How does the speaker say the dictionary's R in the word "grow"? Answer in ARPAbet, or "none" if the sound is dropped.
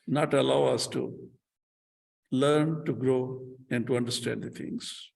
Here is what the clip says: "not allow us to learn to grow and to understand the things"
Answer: R